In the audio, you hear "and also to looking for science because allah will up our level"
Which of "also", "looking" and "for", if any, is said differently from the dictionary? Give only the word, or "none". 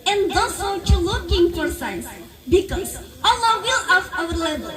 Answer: also